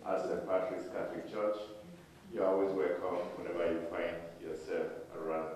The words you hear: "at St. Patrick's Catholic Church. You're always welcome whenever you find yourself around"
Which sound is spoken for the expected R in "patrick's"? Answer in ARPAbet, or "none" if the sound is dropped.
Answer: L